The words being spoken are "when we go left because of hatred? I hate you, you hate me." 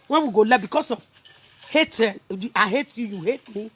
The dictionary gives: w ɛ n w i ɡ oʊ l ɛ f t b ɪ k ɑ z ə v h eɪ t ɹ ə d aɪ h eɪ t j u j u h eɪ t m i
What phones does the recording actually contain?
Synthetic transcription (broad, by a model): w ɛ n w i ɡ oʊ l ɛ b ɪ k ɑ s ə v h eɪ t ə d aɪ h eɪ t j u j u h eɪ t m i